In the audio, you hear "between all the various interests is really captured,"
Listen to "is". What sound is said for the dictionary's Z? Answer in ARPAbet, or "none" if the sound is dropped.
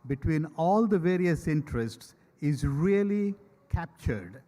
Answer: Z